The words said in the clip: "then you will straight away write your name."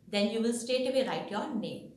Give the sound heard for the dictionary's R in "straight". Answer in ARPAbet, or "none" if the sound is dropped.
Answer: none